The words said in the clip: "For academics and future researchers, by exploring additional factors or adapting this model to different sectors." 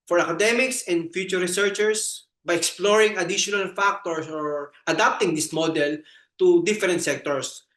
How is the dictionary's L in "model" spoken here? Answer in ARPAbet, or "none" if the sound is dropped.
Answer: L